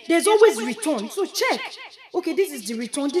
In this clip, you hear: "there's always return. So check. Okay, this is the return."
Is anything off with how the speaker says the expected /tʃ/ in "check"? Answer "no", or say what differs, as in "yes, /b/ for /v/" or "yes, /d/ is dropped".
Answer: no